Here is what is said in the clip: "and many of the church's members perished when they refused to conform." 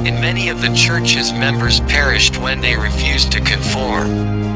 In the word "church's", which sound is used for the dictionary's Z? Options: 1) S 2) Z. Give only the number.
2